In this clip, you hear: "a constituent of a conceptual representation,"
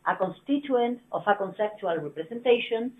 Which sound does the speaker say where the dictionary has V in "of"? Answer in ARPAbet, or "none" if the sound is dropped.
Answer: F